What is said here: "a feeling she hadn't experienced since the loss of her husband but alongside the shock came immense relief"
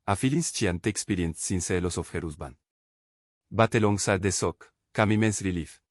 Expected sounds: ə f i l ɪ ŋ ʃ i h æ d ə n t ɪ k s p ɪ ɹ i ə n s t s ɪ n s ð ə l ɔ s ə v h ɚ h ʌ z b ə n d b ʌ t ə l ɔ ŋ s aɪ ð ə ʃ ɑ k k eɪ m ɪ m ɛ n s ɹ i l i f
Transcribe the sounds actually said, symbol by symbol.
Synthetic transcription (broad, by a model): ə f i l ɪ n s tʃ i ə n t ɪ k s p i ɹ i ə n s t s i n s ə l ɔ s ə f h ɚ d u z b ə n b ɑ t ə l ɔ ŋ s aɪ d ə s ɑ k k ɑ m ɪ m ɛ n s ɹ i l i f